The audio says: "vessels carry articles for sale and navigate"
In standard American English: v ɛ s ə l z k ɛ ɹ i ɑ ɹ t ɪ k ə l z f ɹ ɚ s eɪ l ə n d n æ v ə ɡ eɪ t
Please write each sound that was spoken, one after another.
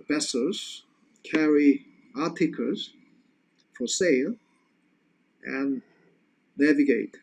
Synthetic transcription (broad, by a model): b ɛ s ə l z k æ ɹ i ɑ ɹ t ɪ k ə z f ɹ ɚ s eɪ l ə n n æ v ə ɡ eɪ t